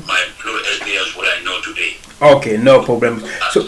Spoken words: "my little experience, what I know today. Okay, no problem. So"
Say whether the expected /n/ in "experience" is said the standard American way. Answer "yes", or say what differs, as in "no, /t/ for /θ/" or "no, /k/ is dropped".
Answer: no, /n/ is dropped